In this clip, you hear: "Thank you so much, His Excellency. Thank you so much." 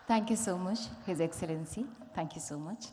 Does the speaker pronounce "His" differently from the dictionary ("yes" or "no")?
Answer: no